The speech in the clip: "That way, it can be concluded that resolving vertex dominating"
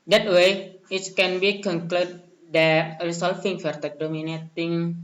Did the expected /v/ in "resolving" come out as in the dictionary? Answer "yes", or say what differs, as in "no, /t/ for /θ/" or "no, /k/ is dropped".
no, /f/ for /v/